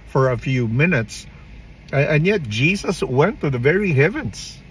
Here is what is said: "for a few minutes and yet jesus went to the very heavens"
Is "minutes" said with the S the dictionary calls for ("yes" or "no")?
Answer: yes